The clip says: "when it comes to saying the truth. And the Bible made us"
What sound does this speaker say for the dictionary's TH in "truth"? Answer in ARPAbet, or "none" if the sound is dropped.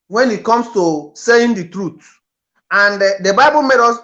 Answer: T